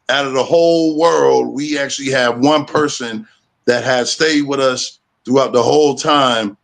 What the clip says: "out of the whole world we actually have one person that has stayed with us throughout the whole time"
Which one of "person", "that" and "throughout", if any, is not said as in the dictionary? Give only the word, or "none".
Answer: none